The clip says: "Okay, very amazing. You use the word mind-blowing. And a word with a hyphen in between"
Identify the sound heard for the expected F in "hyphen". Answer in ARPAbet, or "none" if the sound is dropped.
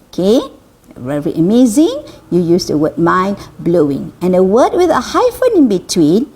F